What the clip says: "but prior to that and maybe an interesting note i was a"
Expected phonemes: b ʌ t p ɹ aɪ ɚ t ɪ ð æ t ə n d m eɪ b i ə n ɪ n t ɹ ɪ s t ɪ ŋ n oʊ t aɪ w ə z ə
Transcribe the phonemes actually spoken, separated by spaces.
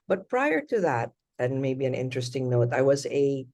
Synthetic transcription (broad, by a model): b ʌ t p ɹ aɪ ɚ t ɪ ð æ t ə n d m eɪ b i ə n ɪ n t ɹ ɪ s t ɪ ŋ n oʊ t aɪ w ə z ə